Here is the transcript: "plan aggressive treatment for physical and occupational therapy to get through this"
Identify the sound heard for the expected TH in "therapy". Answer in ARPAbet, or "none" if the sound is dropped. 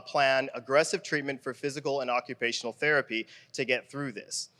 TH